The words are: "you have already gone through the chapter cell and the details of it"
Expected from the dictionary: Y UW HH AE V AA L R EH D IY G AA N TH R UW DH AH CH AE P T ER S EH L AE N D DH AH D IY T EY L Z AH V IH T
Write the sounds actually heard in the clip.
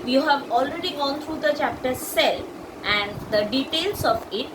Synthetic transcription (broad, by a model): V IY HH AE V AA L R EH D IY G AA N T R UW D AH CH AE P T ER S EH L AE N D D AH D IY T EY L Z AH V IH T